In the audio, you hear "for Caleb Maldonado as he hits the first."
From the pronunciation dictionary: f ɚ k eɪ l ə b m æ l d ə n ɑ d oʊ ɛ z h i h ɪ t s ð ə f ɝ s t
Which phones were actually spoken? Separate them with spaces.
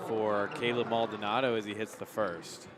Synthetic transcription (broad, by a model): f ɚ k eɪ l ə b m æ l d ə n ɑ d oʊ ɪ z i h ɪ t s ð ə f ɝ s t